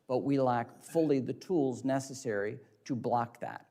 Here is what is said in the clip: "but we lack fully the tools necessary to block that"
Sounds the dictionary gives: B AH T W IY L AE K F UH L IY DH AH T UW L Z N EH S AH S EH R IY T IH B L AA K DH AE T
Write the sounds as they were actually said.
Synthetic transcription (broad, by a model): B AH T W IY L AE K F UH L IY DH AH T UW L Z N EH S AH S EH R IY T IH B L AA K DH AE T